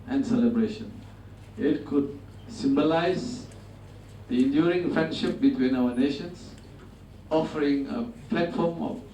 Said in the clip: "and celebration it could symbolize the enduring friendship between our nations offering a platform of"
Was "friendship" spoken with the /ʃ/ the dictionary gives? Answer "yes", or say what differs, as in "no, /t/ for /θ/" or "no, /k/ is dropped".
yes